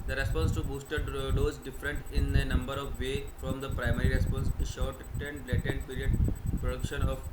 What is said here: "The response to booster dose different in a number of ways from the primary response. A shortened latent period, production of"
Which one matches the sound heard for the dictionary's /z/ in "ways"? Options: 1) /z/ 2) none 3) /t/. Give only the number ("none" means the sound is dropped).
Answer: 2